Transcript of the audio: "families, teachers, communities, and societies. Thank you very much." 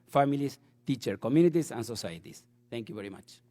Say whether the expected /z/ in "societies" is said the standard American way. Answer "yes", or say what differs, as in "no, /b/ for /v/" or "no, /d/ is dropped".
no, /s/ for /z/